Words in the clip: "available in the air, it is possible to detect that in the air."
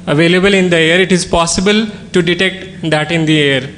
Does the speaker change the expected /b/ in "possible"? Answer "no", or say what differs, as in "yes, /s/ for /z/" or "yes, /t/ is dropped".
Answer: no